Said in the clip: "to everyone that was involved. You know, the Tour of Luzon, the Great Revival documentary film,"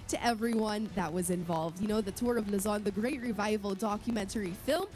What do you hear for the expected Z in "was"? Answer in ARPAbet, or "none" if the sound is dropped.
Z